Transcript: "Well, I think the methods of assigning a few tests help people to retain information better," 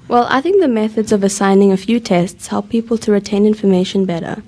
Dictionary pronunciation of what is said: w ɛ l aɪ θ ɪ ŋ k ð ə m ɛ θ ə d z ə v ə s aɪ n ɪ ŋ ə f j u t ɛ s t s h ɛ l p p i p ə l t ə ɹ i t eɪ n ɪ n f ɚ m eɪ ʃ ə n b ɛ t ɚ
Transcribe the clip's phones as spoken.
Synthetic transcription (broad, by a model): w ɛ l aɪ θ ɪ ŋ k ð ə m ɛ θ ə d z ə v ə s aɪ n ɪ ŋ ə f j u t ɛ s t s h ɛ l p p i p ə l t ə ɹ i t eɪ n ɪ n f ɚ m eɪ ʃ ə n b ɛ t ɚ